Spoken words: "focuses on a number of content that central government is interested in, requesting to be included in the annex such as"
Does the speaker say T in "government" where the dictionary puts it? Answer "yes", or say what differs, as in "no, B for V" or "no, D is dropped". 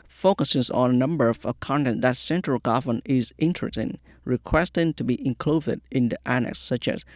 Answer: no, T is dropped